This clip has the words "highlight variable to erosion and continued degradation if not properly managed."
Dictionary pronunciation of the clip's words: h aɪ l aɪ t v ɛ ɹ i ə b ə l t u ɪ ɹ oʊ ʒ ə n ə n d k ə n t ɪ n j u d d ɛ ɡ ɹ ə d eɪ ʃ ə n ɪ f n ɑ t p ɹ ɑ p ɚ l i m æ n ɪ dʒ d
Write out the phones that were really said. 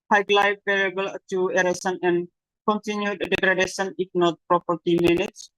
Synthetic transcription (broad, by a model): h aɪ l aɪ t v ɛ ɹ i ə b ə l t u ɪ ɹ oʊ s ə n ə n k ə n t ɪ n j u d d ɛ ɡ ɹ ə d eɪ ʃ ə n ɪ f n ɑ t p ɹ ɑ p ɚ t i m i n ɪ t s